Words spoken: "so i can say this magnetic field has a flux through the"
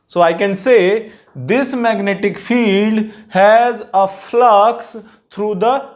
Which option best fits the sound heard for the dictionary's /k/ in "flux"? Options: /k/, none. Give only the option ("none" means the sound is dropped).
/k/